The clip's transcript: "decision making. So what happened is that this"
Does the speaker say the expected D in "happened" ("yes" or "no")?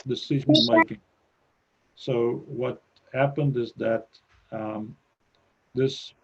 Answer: yes